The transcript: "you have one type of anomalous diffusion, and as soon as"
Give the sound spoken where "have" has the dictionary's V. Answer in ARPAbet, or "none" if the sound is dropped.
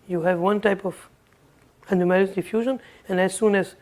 V